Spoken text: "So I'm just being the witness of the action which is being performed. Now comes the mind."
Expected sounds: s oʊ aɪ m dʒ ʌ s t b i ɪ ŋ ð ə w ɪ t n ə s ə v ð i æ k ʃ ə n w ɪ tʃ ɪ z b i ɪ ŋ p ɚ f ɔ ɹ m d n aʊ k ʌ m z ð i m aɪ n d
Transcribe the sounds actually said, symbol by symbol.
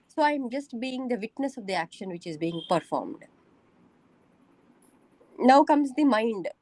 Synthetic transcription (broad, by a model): s oʊ aɪ m dʒ ʌ s t b i ɪ ŋ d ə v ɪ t n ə s ə v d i æ k ʃ ə n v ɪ tʃ ɪ z b i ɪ ŋ p ɚ f ɔ ɹ m d n aʊ k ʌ m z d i m aɪ n d